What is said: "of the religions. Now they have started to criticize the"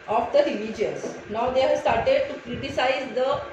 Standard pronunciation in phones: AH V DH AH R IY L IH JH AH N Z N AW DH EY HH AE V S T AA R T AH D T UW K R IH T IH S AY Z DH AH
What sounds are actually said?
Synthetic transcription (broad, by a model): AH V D AH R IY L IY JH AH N S N AW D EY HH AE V S T AA R T AH D T UW K R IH T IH S AY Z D AH